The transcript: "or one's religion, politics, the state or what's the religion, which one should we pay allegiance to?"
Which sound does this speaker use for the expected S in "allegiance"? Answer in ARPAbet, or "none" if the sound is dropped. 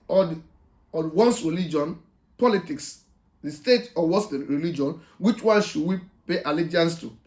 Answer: S